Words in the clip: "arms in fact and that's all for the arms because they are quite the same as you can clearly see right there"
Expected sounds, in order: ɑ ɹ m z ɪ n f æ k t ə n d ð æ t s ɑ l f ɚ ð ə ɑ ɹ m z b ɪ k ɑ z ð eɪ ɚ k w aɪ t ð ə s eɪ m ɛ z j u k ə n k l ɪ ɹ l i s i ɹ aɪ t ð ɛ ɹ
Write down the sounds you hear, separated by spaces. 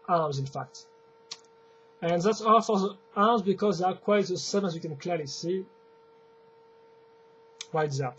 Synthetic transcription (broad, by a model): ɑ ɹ m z ɪ n f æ k t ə n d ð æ t s ɑ l f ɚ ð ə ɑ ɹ m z b ɪ k ɑ z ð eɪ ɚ k w aɪ t ð ə s eɪ m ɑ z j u k ə n k l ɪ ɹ l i s i w aɪ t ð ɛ